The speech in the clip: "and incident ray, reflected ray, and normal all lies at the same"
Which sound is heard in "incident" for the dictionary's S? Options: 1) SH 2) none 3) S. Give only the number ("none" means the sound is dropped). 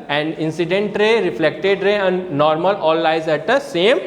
3